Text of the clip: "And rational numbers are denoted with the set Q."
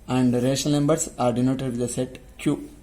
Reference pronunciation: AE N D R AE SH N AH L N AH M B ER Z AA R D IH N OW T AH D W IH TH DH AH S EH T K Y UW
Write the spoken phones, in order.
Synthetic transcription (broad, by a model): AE N D R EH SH AH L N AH M B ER S AA R D IH N OW T AH D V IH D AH S EH T K Y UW